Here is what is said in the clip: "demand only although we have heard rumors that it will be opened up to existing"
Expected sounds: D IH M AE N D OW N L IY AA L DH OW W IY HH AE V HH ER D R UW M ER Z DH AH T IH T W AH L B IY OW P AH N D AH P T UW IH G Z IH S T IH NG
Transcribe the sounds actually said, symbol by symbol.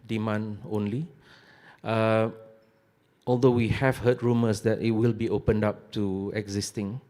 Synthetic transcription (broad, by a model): D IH M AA N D OW N L IY AA L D OW W IY HH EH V HH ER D R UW M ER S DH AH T IH T W AH L B IY OW P AH N D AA P T UW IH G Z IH S T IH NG